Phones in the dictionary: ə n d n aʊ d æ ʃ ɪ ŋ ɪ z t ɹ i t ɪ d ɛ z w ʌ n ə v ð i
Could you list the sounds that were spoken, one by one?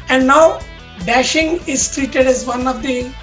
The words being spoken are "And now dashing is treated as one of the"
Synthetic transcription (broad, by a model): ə n d n aʊ d æ ʃ ɪ ŋ ɪ z t ɹ i t ɪ d ɛ z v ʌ n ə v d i